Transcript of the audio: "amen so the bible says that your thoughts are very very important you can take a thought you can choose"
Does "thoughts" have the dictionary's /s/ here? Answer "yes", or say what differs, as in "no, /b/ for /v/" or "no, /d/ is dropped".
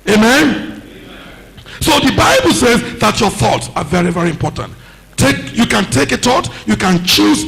yes